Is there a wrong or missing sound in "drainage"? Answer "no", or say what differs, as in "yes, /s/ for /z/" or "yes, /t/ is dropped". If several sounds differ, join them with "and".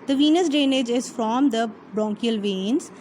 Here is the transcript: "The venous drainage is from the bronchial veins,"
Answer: yes, /ɹ/ is dropped